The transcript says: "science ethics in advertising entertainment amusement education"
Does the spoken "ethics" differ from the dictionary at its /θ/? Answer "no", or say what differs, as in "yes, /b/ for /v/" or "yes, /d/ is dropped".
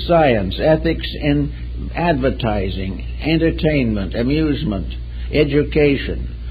no